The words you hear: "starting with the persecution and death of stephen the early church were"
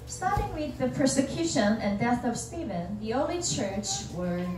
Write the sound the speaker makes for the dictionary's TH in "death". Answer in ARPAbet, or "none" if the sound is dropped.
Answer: TH